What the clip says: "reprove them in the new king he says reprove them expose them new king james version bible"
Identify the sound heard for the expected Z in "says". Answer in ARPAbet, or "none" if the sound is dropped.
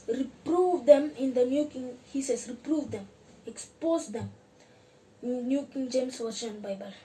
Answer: S